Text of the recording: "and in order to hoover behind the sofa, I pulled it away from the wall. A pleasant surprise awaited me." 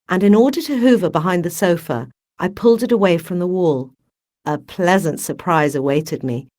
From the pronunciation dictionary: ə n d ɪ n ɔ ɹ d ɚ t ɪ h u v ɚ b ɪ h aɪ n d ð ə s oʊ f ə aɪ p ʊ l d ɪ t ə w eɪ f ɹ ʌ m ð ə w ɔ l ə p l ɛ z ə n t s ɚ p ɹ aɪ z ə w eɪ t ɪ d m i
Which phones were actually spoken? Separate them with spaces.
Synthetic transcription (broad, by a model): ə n ɪ n ɔ ɹ d ɚ t ɪ h u v ɚ b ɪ h aɪ n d ð ə s oʊ f ə aɪ p ʊ l d ɪ t ə w eɪ f ɹ ʌ m ð ə w ɔ l ə p l ɛ z ə n t s ɚ p ɹ aɪ z ə w eɪ t ɪ d m i